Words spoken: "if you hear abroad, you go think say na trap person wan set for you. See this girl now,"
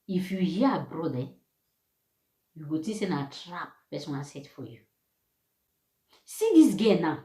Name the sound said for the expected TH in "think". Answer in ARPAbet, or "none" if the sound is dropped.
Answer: T